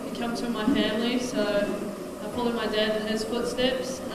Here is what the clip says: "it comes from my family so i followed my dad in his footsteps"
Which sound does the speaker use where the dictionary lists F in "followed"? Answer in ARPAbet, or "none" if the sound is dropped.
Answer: P